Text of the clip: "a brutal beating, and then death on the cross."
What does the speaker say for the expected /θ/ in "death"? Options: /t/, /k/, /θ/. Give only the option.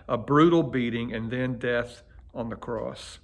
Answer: /θ/